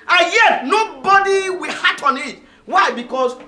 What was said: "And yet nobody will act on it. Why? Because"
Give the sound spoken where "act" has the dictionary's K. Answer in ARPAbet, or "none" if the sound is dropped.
none